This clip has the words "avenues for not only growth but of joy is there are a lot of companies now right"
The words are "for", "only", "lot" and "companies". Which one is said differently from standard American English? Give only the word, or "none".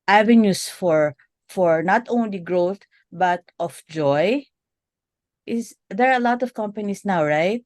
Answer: companies